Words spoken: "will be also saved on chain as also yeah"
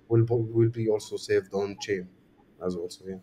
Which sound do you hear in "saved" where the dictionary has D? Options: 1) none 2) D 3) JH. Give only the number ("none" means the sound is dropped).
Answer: 2